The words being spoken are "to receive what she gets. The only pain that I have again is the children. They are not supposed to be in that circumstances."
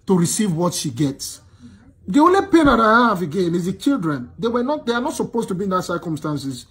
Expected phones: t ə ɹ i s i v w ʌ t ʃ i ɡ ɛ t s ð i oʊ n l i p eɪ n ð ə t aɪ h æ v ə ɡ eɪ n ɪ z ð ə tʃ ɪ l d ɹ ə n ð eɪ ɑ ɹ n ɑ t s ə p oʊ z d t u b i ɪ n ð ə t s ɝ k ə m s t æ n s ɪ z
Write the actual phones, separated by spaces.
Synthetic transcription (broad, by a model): t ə ɹ i s i v w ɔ t ʃ i ɡ ɛ t s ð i oʊ n l i p eɪ n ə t aɪ h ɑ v ə ɡ eɪ n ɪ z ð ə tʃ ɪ l d ɹ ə n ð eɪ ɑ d n ɑ t s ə p oʊ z t u b i ɪ n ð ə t s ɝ k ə m s t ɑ n s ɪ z